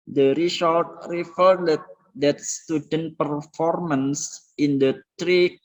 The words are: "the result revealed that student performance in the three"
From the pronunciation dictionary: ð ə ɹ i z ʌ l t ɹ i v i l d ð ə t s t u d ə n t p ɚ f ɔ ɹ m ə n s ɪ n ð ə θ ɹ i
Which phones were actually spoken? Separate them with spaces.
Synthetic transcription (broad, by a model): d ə ɹ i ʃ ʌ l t ɹ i f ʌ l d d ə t s t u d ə n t p ɚ f ɔ ɹ m ə n s ɪ n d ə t ɹ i